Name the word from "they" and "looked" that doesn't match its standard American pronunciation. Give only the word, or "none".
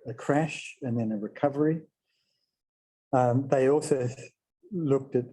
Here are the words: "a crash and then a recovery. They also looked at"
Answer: none